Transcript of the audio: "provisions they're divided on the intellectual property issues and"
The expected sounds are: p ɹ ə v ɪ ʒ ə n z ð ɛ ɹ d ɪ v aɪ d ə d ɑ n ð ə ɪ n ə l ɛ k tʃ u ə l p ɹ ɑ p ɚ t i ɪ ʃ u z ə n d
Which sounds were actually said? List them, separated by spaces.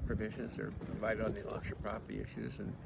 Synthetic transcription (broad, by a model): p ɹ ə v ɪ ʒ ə n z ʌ ɹ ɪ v aɪ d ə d n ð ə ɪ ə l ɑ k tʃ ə p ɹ ɑ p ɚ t i ɪ ʃ u z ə n